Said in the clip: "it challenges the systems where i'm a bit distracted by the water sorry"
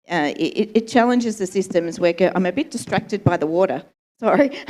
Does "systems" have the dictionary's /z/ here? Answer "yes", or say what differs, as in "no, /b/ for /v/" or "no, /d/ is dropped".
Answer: yes